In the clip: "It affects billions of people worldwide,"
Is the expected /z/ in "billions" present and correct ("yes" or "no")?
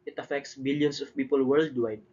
no